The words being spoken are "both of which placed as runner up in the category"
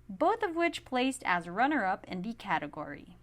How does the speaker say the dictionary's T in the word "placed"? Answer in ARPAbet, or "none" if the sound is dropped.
T